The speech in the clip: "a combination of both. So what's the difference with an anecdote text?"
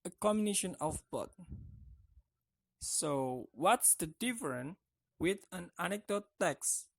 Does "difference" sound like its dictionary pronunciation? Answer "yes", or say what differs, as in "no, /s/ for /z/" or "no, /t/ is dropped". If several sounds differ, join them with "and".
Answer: no, /s/ is dropped